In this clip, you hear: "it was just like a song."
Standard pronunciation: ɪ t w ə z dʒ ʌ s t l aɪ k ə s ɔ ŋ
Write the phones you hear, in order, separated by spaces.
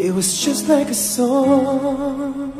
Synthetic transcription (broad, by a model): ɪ t w ə z dʒ ʌ s t l aɪ k ə s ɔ